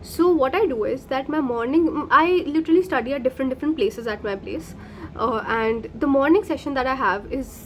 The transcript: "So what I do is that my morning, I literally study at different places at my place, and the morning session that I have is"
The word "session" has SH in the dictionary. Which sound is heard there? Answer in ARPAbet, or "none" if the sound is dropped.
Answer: SH